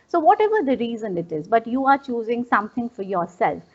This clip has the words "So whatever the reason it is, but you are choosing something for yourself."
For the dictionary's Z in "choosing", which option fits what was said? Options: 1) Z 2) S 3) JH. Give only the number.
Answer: 1